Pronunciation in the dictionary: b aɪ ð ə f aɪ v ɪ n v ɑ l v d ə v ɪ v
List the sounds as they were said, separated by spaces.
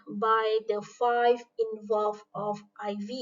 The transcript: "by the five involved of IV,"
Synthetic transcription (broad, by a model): b aɪ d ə f aɪ v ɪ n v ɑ l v ə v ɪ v